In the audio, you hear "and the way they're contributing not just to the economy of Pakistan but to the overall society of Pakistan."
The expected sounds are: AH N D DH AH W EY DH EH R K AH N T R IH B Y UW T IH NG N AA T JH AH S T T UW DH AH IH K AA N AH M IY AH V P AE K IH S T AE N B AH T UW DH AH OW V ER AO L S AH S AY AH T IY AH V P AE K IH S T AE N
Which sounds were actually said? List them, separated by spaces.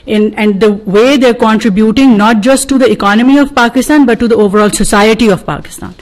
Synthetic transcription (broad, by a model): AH N D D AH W EY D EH R K AH N T R IH B Y UW T IH NG N AA T JH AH S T T UW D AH IH K AA N AH M IY AH V P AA K IH S T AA N B AH T UW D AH OW V ER AO L S AH S AY AH T IY AH V P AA K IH S T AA N